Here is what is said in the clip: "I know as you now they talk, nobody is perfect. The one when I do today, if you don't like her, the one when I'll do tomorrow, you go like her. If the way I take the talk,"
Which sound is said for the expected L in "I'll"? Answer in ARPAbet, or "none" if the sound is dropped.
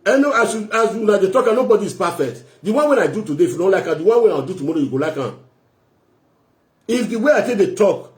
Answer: W